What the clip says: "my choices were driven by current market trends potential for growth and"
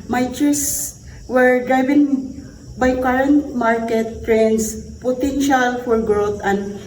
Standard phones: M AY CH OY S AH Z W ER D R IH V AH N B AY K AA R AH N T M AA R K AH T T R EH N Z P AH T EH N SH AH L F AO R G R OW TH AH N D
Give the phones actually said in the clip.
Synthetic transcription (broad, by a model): M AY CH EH S W ER D R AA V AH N B AY K AA R AH N T M AA R K AH T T R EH N S P AH T EH N SH AH L F AO R G R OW T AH N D